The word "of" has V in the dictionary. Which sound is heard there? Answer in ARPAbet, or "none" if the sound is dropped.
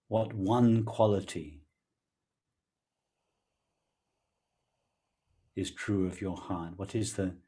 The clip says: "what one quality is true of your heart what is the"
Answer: V